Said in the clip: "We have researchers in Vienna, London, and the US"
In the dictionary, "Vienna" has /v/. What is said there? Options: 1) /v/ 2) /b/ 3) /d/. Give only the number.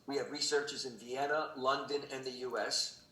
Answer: 1